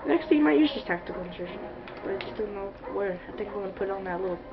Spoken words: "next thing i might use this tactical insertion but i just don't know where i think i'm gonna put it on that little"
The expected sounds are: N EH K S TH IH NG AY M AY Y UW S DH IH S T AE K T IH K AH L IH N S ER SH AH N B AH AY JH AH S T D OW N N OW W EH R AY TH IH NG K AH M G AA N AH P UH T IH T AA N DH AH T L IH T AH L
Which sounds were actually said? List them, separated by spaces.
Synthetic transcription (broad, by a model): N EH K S T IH M AY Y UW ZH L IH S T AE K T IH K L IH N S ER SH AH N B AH AY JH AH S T D OW N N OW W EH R AY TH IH NG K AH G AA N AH P UH T IH T N DH AH T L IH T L